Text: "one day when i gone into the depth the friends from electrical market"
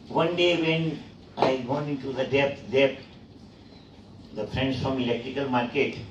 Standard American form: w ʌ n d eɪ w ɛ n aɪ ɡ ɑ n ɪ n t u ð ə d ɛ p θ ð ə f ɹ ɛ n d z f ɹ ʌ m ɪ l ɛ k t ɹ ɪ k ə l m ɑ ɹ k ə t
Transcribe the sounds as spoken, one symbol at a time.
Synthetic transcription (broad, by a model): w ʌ n d eɪ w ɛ n aɪ ɡ ɑ n ɪ n t u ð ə d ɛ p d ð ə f ɹ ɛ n d s f ɹ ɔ m ɪ l ɛ k t ɹ ɪ k ə l m ɑ ɹ k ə t